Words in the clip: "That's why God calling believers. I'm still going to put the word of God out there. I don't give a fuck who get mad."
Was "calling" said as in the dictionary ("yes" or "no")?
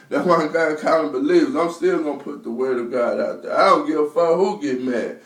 no